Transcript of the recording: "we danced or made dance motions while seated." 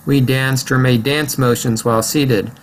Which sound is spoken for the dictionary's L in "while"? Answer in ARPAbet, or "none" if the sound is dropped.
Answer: L